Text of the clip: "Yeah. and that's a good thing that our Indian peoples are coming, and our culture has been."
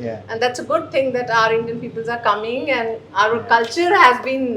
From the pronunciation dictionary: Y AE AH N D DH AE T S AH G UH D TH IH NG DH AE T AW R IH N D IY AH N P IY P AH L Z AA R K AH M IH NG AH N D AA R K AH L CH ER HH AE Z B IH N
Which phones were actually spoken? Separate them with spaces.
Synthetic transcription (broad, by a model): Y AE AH N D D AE T S AH G UH D T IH NG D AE T AW R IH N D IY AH N P IY P AH L Z AA R K AH M IH NG AH N D AA R K AH L CH ER HH AE Z B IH N